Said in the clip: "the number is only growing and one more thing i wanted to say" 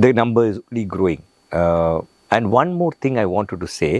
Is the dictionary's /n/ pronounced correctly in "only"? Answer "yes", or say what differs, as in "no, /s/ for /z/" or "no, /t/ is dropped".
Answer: no, /n/ is dropped